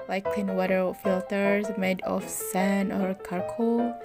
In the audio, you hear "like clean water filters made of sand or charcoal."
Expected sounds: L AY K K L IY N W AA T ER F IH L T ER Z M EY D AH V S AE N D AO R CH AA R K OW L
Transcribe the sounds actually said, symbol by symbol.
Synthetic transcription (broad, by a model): L AY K K L IY N W AA T ER F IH L T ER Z M EY D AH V S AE N AO R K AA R K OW